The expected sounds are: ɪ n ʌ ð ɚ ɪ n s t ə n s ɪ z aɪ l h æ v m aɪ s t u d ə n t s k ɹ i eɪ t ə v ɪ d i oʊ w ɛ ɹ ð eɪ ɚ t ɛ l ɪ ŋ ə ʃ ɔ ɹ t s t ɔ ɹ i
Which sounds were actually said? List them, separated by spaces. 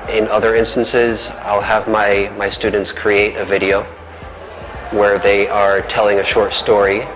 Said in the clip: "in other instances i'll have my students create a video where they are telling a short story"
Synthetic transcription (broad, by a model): ɪ n ʌ ð ɚ ɪ n s t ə n s ɪ z aɪ l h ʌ v m aɪ s t u d n t s k ɹ i eɪ t ə v ɪ d i oʊ w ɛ ɹ ð eɪ ɚ t ɛ l ɪ ŋ ə ʃ ɔ ɹ t s t ɔ ɹ i